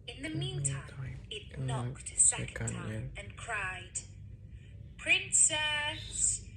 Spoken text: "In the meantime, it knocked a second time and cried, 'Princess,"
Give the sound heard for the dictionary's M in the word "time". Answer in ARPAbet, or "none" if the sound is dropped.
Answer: none